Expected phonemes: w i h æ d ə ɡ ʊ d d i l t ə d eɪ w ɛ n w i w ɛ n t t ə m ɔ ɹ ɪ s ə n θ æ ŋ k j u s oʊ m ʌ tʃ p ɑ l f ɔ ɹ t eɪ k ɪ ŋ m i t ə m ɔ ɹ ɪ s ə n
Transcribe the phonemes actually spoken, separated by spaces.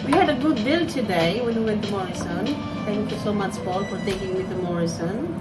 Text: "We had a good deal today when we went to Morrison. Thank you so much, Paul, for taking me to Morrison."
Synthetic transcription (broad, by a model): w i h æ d ə ɡ ʊ d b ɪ l t ə d eɪ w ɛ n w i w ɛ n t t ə m ɔ ɹ ɪ s ə n t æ ŋ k j u s oʊ m ʌ tʃ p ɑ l f ɔ ɹ t eɪ k ɪ ŋ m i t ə m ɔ ɹ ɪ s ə n